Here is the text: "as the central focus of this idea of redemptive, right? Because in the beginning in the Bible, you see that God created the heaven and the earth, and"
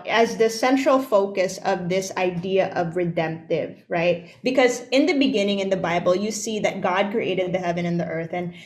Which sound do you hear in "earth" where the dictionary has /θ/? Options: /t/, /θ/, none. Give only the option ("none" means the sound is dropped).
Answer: /θ/